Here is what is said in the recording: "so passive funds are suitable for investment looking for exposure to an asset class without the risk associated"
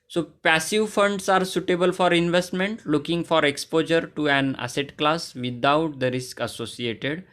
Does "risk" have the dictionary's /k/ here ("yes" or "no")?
yes